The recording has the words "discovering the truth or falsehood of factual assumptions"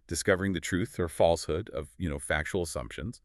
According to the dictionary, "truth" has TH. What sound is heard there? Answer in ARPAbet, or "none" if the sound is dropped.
TH